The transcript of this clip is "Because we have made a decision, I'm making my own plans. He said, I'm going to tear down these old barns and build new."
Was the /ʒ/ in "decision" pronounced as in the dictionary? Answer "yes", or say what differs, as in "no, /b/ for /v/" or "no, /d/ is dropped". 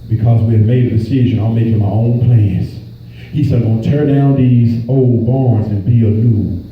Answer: yes